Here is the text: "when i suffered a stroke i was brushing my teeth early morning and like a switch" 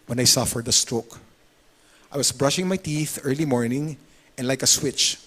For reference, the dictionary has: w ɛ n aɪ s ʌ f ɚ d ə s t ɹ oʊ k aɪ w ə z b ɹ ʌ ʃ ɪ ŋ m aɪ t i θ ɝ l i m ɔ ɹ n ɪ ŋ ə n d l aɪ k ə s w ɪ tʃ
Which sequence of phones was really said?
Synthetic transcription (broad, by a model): w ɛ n aɪ s ʌ f ɚ d ə s t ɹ oʊ k aɪ w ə s b ɹ ʌ ʃ ɪ ŋ m aɪ t i θ ɝ l i m ɔ ɹ n ɪ ŋ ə n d l aɪ k ə s w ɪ tʃ